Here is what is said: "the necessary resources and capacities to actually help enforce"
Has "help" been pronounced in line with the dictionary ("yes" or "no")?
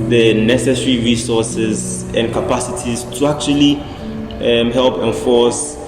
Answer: yes